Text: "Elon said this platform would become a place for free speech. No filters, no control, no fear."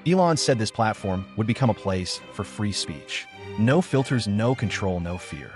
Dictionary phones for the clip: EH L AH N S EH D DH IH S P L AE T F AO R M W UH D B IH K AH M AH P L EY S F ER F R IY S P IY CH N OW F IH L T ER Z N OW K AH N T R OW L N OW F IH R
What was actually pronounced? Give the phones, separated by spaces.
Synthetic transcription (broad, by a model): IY L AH N S EH D DH IH S P L AE T F AO R M W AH D B IH K AH M AH P L EY S F ER F R IY S P IY CH N OW F IH L T ER Z N OW K AH N T R OW L N OW F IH R